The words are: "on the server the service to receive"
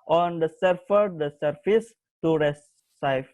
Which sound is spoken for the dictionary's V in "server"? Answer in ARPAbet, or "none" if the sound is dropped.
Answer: F